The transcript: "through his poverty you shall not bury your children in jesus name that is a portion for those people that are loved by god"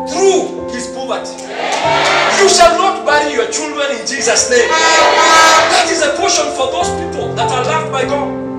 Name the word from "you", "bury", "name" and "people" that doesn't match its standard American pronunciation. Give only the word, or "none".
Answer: bury